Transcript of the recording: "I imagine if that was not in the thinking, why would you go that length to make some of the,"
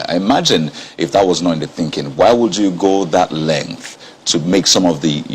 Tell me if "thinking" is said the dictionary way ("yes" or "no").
yes